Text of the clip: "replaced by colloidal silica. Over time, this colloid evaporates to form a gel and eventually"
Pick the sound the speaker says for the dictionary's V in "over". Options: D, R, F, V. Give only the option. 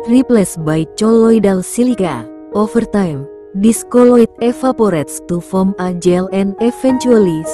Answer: F